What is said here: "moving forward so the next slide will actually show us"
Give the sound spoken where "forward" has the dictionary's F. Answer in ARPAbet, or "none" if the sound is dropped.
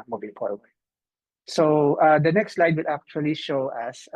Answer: P